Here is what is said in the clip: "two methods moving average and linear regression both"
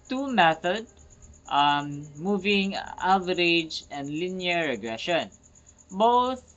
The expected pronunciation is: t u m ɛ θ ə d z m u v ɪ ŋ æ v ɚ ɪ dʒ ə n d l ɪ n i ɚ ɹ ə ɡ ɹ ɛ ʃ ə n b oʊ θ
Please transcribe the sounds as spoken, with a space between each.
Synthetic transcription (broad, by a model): t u m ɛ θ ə d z m u v ɪ ŋ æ v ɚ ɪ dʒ ə n d l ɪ n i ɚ ɹ ə ɡ ɹ ɛ ʃ ə n b oʊ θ